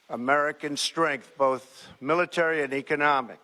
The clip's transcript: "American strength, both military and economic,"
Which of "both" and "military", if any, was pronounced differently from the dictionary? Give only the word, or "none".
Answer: none